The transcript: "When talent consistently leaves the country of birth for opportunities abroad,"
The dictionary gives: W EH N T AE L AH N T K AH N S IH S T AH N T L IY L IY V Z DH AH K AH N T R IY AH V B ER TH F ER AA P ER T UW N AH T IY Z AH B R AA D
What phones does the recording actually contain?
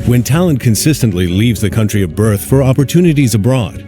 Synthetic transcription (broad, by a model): W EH N T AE L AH N K AH N S IH S T AH N T L IY L IY V Z DH AH K AH N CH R IY AH V B ER TH F ER AA P ER T UW N AH T IY Z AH B R AA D